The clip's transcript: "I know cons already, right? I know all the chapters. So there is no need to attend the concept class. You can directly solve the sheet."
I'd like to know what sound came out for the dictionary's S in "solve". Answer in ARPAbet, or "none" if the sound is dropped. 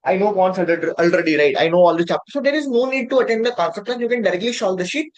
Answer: SH